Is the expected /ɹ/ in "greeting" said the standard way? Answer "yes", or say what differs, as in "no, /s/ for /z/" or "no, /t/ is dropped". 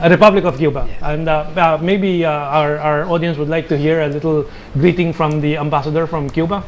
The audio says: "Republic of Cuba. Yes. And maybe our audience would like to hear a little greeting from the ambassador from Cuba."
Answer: yes